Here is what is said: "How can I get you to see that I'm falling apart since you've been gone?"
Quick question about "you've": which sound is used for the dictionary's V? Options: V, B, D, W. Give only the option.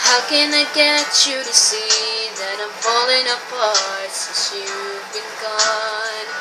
W